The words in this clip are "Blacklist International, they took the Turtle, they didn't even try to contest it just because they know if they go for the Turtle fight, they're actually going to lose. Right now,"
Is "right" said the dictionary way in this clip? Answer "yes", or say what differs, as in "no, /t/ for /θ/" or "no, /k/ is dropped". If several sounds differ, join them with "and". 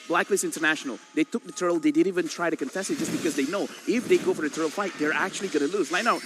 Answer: no, /l/ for /ɹ/